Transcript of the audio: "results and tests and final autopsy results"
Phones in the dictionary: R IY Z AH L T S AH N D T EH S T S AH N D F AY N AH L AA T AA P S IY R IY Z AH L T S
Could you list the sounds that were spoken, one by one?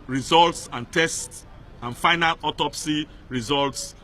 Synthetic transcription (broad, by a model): R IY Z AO L T S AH N T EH S T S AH N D F AY N AH L AA T AA P S IY R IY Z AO L T S